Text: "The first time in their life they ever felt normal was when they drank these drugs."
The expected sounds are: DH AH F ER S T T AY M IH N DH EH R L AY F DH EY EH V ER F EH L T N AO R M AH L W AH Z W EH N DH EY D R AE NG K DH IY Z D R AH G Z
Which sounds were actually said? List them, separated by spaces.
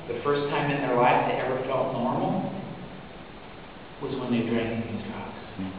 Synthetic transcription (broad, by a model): DH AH F ER S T T AY M IH N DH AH R L AY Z DH EY EH V ER F EH L T N AO R M L W AH Z W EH N DH EY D R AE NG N DH IY Z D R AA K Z